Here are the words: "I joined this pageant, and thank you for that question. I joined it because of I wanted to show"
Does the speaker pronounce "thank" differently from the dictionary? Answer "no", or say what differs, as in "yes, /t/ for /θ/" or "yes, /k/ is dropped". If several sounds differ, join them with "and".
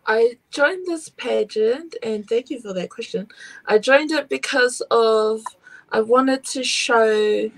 no